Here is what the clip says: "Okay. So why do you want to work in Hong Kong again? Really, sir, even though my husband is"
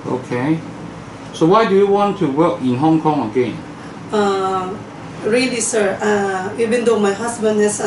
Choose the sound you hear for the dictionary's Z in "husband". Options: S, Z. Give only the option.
S